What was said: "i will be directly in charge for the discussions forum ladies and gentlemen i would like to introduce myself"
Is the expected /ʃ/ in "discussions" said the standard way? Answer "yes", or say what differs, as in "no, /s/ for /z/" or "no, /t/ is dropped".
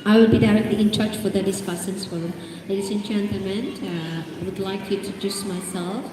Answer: no, /s/ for /ʃ/